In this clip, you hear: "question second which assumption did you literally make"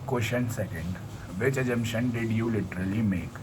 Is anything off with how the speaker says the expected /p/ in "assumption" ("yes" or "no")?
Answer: yes